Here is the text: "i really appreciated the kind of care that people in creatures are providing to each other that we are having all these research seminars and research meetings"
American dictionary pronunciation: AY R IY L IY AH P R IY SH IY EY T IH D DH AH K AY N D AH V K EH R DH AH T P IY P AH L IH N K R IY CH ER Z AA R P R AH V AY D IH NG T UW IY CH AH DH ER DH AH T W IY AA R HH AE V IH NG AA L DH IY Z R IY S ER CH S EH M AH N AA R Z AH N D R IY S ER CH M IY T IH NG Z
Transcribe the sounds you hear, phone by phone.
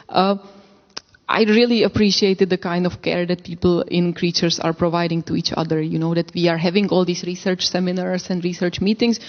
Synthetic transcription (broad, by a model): AY R IY L IY AH P R IY SH IY EY T IH D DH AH K AY N D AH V K EH R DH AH T P IY P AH L IH N K R IY CH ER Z AA R P R AH V AY D IH NG T UW IY CH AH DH ER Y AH T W IY AA R HH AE V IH NG AA L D IY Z R IY S ER CH S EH M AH N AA R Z AH N D R IY S ER CH M IY T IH NG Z